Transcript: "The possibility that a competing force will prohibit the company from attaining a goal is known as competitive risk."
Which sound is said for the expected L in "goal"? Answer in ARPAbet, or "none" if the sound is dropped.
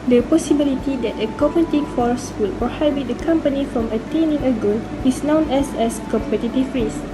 N